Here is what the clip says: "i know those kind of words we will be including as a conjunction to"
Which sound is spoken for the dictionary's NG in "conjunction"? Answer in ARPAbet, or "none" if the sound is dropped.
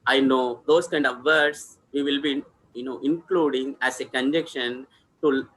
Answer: none